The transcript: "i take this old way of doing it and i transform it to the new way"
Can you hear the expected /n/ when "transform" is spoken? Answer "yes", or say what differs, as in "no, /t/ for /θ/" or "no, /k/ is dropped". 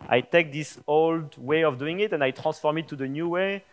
no, /n/ is dropped